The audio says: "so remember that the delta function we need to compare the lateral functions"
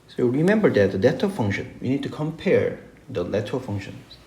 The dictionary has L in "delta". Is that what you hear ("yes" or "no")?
no